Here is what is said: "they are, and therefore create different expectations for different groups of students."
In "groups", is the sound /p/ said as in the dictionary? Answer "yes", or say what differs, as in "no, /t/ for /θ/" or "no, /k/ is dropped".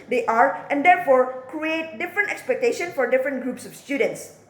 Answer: yes